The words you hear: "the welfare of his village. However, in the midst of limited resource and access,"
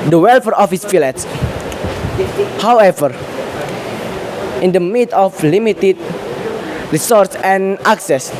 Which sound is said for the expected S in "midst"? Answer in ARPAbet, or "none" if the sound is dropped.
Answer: none